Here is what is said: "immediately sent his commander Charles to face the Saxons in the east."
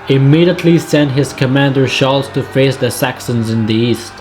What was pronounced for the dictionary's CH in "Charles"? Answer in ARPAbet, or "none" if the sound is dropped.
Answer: SH